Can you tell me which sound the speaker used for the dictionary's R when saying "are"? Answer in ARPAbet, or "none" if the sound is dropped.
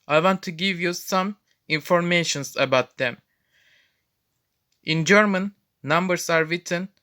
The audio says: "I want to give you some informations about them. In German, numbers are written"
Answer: R